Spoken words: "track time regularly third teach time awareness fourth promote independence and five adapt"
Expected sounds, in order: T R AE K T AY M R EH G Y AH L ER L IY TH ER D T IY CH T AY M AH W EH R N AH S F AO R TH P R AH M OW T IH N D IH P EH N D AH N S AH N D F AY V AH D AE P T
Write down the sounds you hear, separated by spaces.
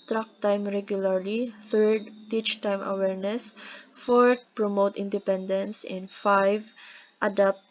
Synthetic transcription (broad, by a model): T R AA K T AY M R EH G Y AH L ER L IY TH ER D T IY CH T AY M AH W EH R N AH S F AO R T P R AH M OW T IH N D IH P EH N D AH N S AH N F AY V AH D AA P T